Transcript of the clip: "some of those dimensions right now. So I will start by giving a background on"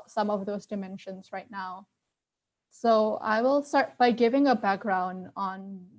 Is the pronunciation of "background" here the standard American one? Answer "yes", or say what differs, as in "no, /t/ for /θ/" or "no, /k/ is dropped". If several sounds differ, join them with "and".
yes